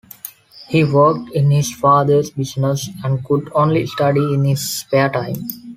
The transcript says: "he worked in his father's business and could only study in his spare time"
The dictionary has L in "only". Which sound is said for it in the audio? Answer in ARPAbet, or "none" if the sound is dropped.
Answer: L